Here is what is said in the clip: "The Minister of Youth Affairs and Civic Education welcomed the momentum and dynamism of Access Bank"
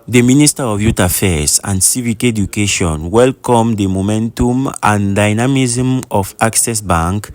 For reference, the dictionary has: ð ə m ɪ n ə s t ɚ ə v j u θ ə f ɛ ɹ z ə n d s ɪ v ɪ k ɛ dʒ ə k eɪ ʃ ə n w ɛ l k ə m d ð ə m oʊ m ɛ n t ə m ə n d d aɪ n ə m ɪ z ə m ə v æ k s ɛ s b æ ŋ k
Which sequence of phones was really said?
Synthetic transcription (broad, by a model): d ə m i n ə s t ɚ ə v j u t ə f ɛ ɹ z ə n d s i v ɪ k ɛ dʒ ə k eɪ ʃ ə n w ɛ l k ə m d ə m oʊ m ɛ n t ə m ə n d d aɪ n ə m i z m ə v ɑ k s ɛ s b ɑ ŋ k